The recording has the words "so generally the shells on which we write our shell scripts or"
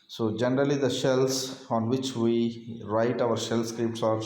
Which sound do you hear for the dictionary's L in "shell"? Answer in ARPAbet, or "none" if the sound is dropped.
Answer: L